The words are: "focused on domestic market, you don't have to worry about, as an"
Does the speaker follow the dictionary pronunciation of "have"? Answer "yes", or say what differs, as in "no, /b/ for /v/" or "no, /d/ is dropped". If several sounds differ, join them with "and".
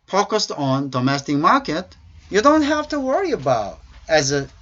no, /f/ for /v/